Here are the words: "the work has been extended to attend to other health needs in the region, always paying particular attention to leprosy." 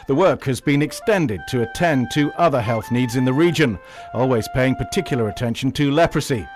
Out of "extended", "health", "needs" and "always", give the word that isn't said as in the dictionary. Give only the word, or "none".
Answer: none